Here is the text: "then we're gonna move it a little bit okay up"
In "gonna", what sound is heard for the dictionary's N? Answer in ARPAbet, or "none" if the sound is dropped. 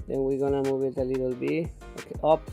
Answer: N